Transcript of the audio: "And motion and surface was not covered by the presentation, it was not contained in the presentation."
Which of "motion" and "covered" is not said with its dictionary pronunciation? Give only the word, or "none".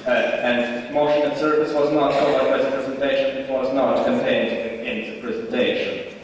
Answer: covered